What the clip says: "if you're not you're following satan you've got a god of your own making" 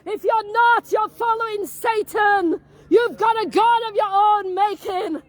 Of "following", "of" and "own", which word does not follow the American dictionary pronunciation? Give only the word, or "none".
none